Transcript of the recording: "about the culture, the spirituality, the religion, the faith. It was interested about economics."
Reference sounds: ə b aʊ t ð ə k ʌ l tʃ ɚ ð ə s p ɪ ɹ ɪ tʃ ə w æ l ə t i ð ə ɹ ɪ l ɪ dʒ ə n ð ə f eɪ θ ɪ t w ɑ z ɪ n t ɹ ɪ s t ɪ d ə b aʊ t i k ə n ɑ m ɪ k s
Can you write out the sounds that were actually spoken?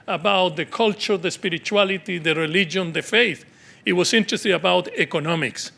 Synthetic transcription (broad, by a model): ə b aʊ t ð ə k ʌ l tʃ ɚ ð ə s p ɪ ɹ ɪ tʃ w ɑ l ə t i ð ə ɹ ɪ l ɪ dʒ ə n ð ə f eɪ θ ɪ t w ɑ s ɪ n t ɹ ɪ s t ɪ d ə b aʊ t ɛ k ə n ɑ m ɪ k s